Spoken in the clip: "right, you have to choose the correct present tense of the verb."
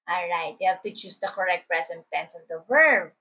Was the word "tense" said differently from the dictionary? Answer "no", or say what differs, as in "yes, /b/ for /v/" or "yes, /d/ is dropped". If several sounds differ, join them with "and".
no